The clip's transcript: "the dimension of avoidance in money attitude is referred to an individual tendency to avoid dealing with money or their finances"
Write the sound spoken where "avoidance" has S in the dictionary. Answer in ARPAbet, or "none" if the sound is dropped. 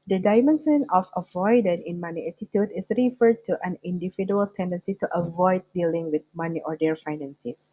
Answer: none